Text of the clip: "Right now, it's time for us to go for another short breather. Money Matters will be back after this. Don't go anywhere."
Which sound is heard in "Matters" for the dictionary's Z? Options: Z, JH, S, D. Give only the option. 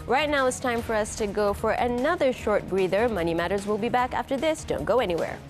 Z